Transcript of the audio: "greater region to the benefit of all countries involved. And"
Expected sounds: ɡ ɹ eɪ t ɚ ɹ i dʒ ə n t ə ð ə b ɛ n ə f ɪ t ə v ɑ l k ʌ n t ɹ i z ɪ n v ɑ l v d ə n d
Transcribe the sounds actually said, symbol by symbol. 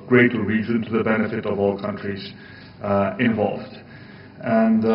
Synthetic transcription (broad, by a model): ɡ ɹ eɪ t ɹ i z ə n t ə ð ə b ɛ n ə f ɪ t ə v ɑ l k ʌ n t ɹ i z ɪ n v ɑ l v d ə n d